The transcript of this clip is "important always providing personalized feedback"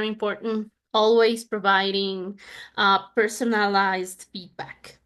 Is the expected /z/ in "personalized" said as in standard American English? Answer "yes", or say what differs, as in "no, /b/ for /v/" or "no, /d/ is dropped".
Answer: yes